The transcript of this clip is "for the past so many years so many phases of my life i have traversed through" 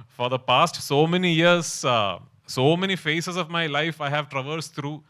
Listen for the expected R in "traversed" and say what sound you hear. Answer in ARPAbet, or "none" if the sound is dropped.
R